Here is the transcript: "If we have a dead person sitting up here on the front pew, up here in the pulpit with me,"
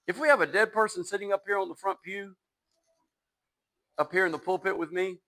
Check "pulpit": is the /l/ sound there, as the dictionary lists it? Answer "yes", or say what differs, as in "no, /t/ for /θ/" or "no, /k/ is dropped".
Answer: yes